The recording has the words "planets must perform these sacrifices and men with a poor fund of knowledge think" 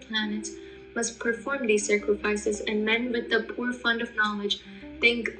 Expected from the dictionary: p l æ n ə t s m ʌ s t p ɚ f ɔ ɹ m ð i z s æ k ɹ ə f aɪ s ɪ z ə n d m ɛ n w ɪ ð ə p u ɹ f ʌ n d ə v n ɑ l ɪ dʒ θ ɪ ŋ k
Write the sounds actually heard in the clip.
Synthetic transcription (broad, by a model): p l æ n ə t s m ʌ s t p ɚ f ɔ ɹ m ð i z s æ k ɹ ə f aɪ s ɪ z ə n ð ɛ n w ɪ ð ə p u ɹ f ʌ n d ə v n ɑ l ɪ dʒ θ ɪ ŋ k